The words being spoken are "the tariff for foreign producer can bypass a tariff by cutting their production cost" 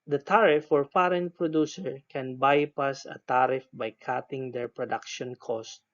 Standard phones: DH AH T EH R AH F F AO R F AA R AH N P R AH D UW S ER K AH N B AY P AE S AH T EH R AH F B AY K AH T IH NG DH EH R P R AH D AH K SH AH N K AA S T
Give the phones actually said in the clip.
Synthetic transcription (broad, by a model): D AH T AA R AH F F AO R P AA R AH N P R AH D UW S ER K AH N B AY P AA S AH T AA R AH F B AY K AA T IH NG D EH R P R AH D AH K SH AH N K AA S T